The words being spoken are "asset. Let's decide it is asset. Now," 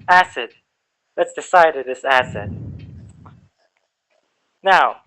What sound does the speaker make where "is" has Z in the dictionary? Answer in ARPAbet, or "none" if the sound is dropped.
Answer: S